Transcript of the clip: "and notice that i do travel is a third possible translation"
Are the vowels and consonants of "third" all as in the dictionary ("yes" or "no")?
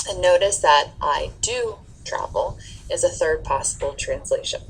yes